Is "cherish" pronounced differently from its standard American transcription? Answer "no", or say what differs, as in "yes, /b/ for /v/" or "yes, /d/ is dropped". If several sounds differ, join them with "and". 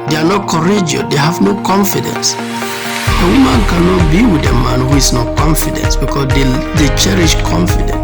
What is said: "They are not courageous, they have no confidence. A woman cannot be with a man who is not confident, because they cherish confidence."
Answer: no